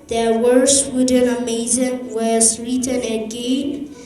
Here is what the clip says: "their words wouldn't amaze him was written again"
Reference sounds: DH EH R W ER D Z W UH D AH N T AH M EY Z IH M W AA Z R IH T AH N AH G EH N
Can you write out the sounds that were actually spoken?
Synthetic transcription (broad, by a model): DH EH W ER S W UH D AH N AH M EY Z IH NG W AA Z R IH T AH N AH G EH N